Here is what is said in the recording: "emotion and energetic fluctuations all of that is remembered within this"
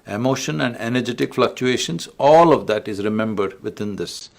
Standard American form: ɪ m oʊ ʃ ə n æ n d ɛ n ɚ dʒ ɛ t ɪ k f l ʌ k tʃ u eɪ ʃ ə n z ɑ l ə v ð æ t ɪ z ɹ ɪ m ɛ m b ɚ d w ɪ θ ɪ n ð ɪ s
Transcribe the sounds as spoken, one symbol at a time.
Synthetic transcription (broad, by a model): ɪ m oʊ ʃ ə n æ n d ɛ n ɚ dʒ ɛ t ɪ k f l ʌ k tʃ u eɪ ʃ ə n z ɑ l ə v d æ t ɪ z ɹ ɪ m ɛ m b ɚ d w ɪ t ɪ n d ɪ s